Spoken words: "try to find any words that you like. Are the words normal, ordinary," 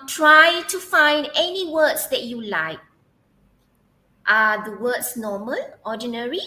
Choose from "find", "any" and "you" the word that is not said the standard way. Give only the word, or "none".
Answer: none